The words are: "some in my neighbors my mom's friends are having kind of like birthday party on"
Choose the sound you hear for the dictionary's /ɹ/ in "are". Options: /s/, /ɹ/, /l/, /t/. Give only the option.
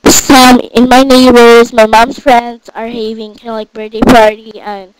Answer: /ɹ/